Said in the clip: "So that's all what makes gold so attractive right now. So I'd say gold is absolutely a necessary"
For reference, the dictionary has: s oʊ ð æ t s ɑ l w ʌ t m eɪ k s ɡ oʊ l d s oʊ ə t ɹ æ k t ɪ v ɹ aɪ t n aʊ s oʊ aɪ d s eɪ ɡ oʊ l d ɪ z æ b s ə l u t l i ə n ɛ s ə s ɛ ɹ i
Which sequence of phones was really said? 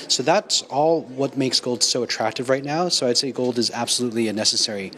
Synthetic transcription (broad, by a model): s oʊ ð æ t s ɑ l w ʌ t m eɪ k s ɡ oʊ l d s oʊ ə t ɹ æ k t ɪ v ɹ aɪ t n aʊ s oʊ aɪ d s eɪ ɡ oʊ l d ɪ z æ b s ə l u t l i ə n ɛ s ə s ɛ ɹ i